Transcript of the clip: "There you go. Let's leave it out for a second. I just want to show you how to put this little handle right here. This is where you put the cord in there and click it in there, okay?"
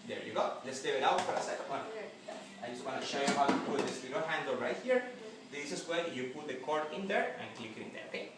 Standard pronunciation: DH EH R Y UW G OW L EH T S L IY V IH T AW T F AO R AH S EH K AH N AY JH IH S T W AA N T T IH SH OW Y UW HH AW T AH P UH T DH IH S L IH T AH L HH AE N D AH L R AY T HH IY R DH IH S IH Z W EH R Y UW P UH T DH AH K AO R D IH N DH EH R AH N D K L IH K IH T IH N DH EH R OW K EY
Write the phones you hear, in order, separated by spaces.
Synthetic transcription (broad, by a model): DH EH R Y UW G OW L EH T S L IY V IH T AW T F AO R AH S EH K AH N AY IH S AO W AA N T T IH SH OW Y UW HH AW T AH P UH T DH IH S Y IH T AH N HH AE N D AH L R AY T HH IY R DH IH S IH S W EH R Y UW P UH T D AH K AO R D IH N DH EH R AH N K L IH K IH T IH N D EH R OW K EY